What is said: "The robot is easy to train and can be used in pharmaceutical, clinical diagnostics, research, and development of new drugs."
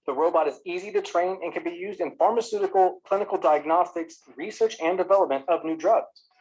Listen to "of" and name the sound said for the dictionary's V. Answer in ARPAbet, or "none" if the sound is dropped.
V